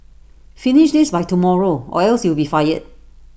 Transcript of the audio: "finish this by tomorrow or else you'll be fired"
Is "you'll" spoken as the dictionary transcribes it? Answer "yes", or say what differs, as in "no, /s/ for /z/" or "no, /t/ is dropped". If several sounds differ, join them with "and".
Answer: no, /w/ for /l/